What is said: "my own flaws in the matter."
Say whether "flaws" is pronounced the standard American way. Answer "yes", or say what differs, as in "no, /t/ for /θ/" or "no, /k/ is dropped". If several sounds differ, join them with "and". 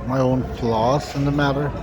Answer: no, /s/ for /z/